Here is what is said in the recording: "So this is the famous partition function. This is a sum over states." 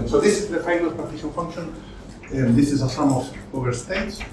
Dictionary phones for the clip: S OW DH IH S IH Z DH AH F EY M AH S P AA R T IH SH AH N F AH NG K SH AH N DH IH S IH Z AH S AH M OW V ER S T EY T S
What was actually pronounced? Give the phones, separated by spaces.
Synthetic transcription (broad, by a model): S OW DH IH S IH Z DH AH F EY AH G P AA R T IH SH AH L F AH NG K SH AH N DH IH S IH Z AH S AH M OW V ER S T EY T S